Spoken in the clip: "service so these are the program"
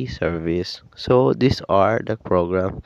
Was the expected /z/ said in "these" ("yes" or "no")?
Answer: no